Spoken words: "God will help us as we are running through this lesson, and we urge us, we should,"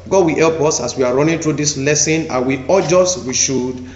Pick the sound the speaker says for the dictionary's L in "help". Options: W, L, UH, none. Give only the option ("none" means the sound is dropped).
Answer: L